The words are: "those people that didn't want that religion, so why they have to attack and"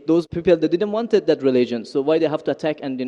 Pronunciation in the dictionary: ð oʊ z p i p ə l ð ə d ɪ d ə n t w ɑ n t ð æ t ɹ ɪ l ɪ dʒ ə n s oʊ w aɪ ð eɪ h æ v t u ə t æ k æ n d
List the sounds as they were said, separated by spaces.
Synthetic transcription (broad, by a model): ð oʊ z p i p ə l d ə d ɪ d ə n t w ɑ n t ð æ t ɹ ɪ l ɪ dʒ ə n s oʊ w aɪ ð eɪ h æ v t u ə t æ k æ n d